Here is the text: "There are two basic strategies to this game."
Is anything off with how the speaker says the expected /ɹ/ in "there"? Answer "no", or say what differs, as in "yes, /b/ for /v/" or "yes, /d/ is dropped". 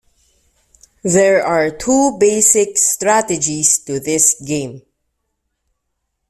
no